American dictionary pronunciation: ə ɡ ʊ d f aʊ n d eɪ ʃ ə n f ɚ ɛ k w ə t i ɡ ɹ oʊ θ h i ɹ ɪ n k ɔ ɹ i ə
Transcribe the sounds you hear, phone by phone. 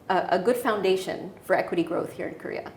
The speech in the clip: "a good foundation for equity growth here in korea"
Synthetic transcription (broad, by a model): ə ɡ ʊ d f aʊ n d eɪ ʃ ə n f ɚ ɛ k w ə t i ɡ ɹ oʊ θ h i ɹ ɪ n k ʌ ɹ i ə